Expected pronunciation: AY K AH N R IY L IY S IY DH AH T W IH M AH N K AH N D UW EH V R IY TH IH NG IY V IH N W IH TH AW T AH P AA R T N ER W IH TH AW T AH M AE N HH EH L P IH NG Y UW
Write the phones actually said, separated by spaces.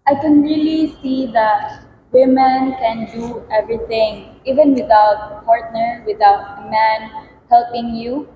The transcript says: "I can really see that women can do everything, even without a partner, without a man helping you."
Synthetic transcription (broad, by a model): AY K AH N R IY L IY S IY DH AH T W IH M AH N K AH N D UW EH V R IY T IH NG IY V IH N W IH T AW T P AA R T N ER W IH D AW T M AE N HH EH L P IH NG Y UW